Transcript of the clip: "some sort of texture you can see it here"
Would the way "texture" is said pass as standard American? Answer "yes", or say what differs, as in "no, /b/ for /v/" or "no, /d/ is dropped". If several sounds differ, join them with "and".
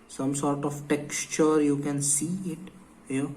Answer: yes